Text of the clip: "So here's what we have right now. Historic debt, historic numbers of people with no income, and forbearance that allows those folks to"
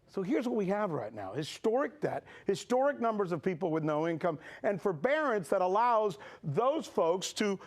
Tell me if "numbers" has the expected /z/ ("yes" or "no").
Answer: yes